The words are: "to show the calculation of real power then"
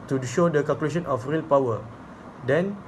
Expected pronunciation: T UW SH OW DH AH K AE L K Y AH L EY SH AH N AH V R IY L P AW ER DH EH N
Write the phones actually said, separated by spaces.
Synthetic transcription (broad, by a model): T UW SH OW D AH K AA L K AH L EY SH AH N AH F R IY L P AW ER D EH N